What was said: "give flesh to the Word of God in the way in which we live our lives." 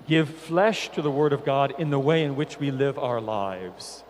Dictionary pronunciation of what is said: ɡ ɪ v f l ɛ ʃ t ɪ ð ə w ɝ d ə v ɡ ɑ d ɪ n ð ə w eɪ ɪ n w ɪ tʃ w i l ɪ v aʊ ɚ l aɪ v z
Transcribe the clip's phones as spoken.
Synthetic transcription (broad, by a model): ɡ ɪ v f l ɛ ʃ t ɪ ð ə w ɝ d ə v ɡ ɑ d ɪ n ð ə w eɪ ɪ n w ɪ tʃ w i l ɪ v aʊ ɚ l aɪ v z